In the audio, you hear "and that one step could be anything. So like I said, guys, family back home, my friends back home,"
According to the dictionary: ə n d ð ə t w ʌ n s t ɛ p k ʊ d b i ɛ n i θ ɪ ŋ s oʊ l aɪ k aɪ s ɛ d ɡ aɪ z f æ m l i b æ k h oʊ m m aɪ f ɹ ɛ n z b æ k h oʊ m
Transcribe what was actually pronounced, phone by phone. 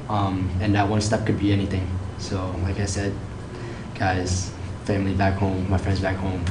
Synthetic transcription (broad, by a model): ə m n ð ə t w ʌ n s t ɛ p k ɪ d b i ɛ n i θ ɪ ŋ s oʊ l aɪ k aɪ s ɛ d ɡ aɪ z f æ m l i b æ k h oʊ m m aɪ f ɹ ɛ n z b æ k h oʊ m